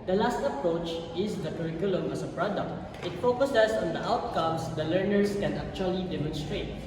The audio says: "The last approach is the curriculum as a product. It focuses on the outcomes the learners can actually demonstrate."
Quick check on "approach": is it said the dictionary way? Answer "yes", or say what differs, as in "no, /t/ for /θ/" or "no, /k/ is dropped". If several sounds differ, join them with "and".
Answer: yes